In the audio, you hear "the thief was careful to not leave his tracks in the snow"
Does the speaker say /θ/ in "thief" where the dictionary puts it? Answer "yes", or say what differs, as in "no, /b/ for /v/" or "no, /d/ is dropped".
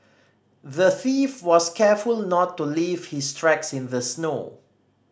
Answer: yes